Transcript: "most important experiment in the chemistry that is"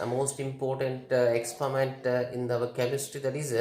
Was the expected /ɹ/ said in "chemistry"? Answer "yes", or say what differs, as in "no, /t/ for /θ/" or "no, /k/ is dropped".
no, /ɹ/ is dropped